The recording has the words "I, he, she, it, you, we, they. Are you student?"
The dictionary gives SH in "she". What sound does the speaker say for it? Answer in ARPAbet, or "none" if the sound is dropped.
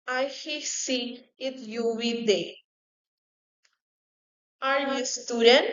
S